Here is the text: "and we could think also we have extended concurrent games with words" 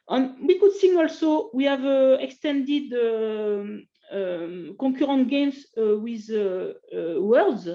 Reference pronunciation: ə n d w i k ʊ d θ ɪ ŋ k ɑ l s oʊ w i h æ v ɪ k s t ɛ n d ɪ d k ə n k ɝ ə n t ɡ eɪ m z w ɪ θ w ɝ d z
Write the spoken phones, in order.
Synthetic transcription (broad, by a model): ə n w i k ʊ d s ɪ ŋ ɑ l s oʊ w i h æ v ɪ k s t ɛ n d ɪ d k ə k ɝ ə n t ɡ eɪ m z w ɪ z w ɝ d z